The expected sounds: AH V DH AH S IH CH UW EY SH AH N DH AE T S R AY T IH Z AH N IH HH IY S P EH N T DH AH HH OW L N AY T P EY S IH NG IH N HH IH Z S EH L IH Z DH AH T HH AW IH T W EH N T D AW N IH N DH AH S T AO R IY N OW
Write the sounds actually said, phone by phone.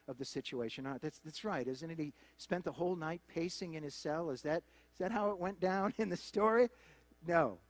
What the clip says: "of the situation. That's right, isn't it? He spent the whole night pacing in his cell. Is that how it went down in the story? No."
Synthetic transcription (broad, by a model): AH V DH AH S IH CH UW EY SH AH N DH AE T S R AY T IH Z AH N IH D IY S P EH N DH AH HH OW L N AY T P EY S IH NG IH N IH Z S EH L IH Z DH AH T HH AW IH T W EH N D AW N IH N DH AH S T AO R IY N OW